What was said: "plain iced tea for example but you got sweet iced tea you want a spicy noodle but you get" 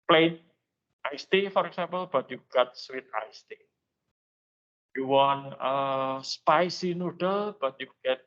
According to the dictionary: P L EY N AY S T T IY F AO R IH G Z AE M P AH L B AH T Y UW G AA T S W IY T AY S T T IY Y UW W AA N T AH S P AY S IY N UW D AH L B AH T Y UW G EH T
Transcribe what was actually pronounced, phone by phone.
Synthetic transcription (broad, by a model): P L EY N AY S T T IY F AO R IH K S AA M P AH L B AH T Y UW G AA T S W IY T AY S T T IY Y UW W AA N AH S P AY S IY N UW D AH L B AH T Y UW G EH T